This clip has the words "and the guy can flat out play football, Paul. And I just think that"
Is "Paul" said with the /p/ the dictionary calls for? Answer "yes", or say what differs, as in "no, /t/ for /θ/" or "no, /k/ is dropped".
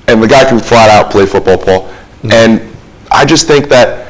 yes